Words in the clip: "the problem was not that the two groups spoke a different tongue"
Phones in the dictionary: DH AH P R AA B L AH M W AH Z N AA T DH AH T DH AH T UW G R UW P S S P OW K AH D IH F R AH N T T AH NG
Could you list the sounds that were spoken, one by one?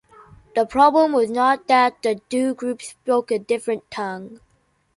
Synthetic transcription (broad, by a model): DH AH P R AA B L AH M W AH Z N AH T DH AH T DH AH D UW G R UW P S S B OW K AH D IH F R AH N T T AH NG